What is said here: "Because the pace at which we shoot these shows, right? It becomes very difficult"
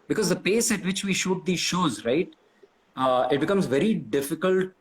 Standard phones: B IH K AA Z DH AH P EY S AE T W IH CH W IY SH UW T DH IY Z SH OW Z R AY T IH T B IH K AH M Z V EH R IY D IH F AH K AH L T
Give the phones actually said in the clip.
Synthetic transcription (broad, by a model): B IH K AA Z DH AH P EY S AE T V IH CH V IY SH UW T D IY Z SH OW Z R AY T IH T B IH K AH M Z V EH R IY D IH F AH K AH L T